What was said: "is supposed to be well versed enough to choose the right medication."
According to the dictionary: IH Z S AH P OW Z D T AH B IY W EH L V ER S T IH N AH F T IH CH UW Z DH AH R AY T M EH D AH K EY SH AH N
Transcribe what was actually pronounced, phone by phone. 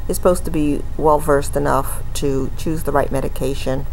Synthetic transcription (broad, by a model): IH S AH P OW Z T AH B IY W EH L V ER S T IH N AH F T IH CH UW Z DH AH R AY T M EH D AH K EY SH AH N